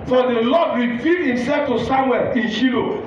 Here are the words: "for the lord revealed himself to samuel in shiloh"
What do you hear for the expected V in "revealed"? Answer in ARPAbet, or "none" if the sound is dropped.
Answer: F